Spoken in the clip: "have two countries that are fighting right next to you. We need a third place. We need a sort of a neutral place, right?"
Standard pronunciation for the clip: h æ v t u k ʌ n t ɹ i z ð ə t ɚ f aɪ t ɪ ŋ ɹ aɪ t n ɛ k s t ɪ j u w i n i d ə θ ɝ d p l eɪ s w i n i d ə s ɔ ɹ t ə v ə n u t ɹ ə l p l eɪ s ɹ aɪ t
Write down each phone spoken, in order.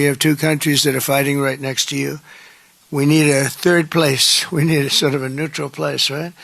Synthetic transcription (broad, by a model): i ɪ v t u k ʌ n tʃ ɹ i z ð ə t ɚ f aɪ t ɪ ŋ ɹ aɪ t n ɛ k s t ɪ j u w i n i d ə θ ɝ d p l eɪ s w i n i d ə s ɔ ɹ t ə v ə n u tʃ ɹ l p l eɪ s ɹ aɪ t